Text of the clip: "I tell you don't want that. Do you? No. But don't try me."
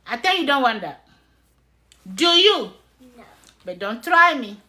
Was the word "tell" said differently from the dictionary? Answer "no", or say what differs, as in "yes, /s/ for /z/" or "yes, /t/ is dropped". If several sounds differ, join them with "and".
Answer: yes, /n/ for /l/